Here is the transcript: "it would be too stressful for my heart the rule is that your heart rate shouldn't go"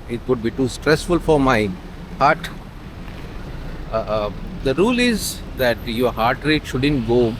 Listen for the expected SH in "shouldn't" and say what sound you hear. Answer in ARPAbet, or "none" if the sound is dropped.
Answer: SH